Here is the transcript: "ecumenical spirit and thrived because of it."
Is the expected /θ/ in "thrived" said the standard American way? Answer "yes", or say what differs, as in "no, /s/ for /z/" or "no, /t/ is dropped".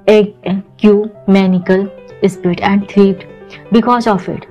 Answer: no, /t/ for /θ/